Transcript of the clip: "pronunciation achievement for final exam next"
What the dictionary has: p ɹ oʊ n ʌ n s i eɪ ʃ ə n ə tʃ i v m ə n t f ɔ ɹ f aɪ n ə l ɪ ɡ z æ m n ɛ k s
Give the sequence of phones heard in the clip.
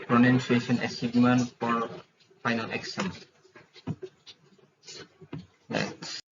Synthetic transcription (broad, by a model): p ɹ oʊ n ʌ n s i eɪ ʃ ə n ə s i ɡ m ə n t f ɔ ɹ f aɪ n ə l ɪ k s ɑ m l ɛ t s